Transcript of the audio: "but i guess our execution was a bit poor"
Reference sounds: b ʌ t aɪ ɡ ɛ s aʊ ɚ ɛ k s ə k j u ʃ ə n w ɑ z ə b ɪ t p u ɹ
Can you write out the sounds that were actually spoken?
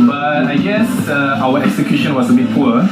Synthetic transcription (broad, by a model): b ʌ t aɪ ɡ ɛ s aʊ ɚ ɛ k s ə k j u ʃ ə n w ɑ s ə b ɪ t p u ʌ